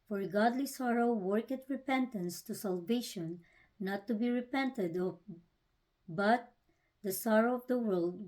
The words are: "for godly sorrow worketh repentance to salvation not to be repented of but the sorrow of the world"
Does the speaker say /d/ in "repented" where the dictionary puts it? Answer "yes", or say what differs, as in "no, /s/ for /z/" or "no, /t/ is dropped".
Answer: yes